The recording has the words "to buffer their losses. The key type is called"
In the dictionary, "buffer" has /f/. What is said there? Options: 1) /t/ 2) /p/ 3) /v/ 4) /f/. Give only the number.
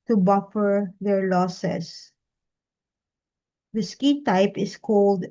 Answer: 4